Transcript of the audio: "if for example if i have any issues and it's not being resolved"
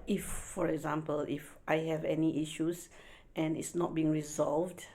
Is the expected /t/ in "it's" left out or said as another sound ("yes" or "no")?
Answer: no